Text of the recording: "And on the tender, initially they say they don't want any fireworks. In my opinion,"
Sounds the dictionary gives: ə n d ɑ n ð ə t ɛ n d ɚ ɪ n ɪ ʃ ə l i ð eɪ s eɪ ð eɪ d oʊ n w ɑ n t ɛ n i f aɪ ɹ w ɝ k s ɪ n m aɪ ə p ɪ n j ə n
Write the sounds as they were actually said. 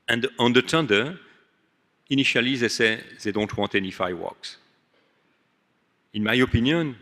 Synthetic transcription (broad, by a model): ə n d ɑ n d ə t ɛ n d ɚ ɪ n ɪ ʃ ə l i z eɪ s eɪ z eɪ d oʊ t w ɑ t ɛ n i f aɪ w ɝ k s ɪ n m aɪ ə p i n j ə n